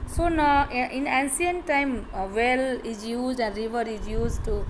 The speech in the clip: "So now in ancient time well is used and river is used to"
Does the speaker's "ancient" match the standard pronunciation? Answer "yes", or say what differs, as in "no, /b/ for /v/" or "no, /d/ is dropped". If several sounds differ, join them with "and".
no, /s/ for /ʃ/